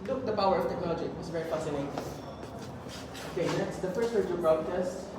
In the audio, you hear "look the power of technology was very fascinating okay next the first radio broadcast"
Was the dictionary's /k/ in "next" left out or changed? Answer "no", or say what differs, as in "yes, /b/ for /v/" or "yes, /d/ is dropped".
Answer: yes, /k/ is dropped